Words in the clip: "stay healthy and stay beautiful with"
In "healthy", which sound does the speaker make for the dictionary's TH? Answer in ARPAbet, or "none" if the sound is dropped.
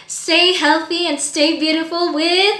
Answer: TH